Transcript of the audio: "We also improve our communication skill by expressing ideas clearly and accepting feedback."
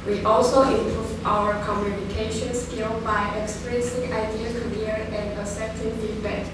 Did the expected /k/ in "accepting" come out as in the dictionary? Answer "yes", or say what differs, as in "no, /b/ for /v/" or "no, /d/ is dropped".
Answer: no, /k/ is dropped